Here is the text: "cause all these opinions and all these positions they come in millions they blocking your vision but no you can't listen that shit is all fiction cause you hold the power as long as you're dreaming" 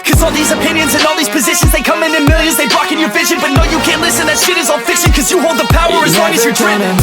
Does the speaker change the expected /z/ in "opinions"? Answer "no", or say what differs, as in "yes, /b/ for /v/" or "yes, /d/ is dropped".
no